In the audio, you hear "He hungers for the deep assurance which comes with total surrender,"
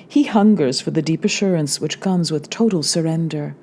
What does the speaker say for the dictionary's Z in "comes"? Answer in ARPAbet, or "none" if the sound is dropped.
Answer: Z